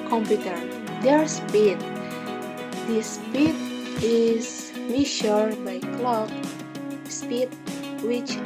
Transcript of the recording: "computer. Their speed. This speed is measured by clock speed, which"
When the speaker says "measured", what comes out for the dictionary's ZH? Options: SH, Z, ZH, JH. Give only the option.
SH